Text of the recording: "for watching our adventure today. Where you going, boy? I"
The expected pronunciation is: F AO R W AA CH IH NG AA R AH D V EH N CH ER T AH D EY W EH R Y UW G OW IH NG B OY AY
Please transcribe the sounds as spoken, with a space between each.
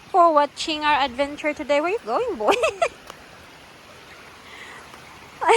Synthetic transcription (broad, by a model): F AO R W AA CH IH NG AA R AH D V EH N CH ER T AH D EY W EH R Y UW G OW IH NG B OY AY